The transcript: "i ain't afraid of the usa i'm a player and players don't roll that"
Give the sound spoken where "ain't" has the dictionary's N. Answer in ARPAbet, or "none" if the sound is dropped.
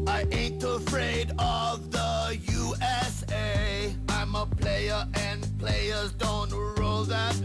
N